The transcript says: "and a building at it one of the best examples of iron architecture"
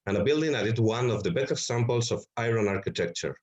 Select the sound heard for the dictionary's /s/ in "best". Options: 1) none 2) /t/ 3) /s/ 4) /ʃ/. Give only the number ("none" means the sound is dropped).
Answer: 1